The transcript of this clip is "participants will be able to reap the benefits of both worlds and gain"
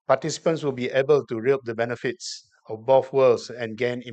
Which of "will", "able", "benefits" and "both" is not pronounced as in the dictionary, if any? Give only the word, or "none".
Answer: both